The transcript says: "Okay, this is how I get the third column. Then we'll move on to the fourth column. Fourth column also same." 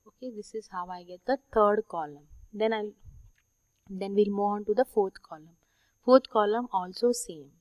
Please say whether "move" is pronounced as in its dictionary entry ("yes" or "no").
no